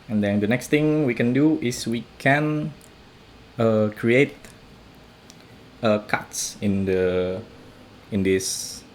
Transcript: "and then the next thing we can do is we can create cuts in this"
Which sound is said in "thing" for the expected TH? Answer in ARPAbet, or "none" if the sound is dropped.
T